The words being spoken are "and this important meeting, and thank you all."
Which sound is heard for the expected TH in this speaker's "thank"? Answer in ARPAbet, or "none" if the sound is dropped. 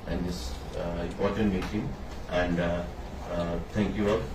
T